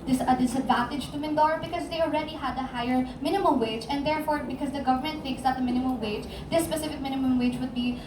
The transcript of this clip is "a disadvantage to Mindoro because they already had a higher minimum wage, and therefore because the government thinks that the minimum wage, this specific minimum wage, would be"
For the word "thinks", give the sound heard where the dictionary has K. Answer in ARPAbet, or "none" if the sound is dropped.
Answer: K